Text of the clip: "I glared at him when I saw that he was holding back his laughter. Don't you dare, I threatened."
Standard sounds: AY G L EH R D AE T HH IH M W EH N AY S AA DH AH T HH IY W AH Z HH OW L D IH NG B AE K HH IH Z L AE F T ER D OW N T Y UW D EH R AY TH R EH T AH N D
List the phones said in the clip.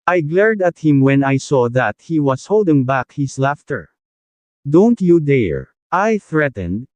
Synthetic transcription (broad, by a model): AY G L EH R D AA T HH IH M W EH N AY S AA DH AH T HH IY W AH S HH OW L D IH NG B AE K HH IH S L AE F T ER D OW N T Y UW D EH R AY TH R EH T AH N D